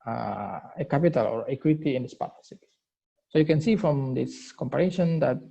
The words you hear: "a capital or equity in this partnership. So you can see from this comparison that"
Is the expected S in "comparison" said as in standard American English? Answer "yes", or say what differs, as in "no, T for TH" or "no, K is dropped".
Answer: no, SH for S